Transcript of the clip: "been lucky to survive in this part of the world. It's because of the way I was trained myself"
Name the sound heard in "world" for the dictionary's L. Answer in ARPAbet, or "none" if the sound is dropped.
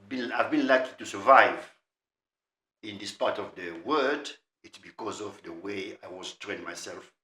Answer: none